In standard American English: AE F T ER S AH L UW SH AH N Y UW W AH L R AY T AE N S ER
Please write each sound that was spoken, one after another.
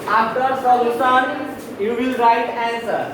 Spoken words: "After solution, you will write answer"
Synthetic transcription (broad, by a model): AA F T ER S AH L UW S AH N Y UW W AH L R AY T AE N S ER